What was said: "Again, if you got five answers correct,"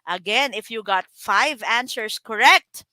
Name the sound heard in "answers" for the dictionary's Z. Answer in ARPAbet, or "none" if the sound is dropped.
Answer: S